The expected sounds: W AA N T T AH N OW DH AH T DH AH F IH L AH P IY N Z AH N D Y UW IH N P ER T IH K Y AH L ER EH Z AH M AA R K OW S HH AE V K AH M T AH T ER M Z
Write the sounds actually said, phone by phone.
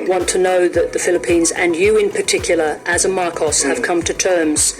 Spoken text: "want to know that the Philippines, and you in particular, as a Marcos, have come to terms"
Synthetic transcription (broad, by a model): W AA N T T AH N OW DH AH T DH AH F IH L AH P IY N Z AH N Y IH IH N P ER T IH K Y L ER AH Z AH M AA R K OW S HH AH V K AH M T AH T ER M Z